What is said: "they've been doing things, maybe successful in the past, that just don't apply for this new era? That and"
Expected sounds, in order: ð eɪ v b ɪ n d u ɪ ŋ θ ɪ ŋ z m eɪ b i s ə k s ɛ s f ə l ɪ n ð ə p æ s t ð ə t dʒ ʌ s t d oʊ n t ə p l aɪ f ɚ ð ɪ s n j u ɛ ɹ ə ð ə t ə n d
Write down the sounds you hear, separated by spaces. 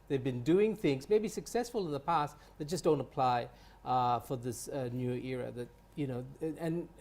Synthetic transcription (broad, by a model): ð eɪ v b ɪ n d u ɪ ŋ θ ɪ ŋ z m eɪ b i s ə k s ɛ s f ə l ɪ n ð ə p æ s t ð ə t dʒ ʌ s d oʊ n t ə p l aɪ f ɚ ð ɪ s n j u ɛ ɹ ə ð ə t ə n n